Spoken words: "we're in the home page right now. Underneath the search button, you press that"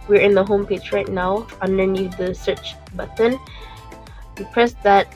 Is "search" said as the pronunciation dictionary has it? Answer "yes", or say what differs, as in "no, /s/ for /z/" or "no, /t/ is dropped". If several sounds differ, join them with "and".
yes